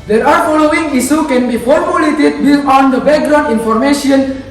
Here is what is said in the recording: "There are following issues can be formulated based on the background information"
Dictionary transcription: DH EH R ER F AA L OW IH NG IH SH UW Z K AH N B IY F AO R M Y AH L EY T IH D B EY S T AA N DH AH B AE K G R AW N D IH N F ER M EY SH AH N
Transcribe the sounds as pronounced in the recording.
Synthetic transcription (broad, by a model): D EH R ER F AA L OW IH NG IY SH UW K AH N B IY F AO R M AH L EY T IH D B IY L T AA N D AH B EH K G R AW N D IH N F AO M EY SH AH N